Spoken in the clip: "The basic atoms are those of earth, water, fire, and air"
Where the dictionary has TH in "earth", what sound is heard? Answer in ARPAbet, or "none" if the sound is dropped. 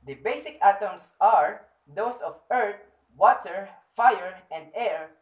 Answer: T